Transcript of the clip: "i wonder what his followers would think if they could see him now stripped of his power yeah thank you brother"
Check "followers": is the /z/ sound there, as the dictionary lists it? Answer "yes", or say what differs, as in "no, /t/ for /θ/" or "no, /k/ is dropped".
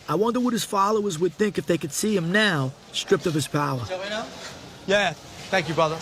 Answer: yes